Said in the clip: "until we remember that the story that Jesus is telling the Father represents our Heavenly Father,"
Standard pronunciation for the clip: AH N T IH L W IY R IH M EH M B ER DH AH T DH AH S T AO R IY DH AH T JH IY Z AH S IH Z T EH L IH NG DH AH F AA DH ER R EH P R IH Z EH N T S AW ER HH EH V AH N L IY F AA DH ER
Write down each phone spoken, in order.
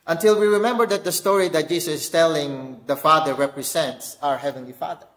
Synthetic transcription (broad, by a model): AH N T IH L W IY R IH M EH M B ER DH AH T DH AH S T AO R IY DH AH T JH IY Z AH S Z T EH L IH NG DH AH F AA DH ER R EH P R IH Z EH N T S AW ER HH EH V AH N L IY F AA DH ER